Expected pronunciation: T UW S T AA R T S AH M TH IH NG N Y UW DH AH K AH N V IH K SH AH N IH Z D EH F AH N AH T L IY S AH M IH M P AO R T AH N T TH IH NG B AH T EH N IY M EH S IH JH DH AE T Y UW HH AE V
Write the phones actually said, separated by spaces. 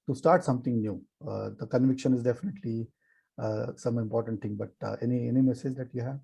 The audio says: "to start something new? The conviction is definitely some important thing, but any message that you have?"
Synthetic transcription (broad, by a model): T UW S T AA R T S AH M T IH NG N Y UW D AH K AH N V IH K SH AH N IH Z D EH F AH N AH T L IY S AH M IH M P AO R T AH N T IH NG B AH T EH N IY M EH S IH JH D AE T Y UW HH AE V